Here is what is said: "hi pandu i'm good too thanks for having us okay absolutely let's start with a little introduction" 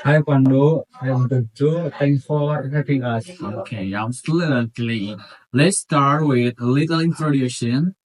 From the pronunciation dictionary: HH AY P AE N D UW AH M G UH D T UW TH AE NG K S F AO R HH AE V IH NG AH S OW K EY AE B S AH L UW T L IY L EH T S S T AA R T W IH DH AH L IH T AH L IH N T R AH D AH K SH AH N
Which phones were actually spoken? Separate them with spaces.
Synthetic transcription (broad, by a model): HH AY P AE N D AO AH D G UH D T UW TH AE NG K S F AO R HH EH P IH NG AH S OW K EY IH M S L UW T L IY L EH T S S T AA R T W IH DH AH L IH T AH L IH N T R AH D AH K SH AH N